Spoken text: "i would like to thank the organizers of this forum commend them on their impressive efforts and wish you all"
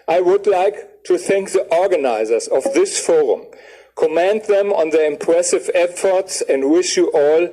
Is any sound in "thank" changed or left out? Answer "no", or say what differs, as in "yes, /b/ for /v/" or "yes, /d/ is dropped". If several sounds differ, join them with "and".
no